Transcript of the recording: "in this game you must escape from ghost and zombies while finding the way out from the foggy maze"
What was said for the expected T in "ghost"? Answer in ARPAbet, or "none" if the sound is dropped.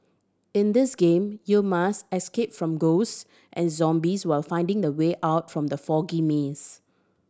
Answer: T